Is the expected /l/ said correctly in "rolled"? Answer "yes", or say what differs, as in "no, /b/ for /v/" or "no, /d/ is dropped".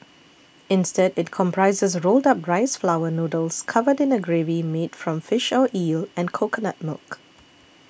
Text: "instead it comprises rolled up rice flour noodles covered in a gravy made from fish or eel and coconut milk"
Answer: yes